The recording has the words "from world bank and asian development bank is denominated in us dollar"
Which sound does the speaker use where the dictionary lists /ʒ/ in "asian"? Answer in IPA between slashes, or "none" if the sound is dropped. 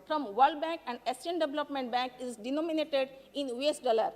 /s/